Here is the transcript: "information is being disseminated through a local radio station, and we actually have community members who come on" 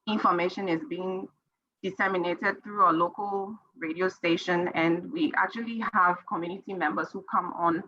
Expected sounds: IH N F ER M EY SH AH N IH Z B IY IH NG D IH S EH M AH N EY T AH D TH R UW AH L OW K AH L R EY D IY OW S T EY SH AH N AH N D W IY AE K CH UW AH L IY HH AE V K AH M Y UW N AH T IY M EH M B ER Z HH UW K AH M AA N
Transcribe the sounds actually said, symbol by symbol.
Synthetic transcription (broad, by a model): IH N F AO M EY SH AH N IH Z B IY IH NG D IH S EH M AH N EY T AH D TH R UW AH L OW K AH L R EY D IY OW S T EY SH AH N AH N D W IY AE K CH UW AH L IY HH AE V K AH M Y UW N AH T IY M EH M B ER S HH UW K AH M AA N